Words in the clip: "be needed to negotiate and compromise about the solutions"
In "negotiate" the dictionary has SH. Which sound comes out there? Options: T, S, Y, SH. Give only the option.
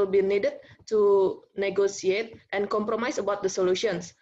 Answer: S